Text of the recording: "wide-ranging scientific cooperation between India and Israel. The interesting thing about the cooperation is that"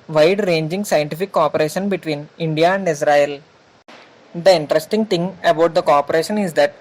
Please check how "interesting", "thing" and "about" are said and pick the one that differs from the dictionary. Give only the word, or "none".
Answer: thing